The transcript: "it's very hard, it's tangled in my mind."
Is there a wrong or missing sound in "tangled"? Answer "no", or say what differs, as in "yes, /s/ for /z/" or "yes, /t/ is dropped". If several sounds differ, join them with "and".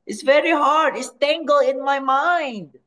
yes, /d/ is dropped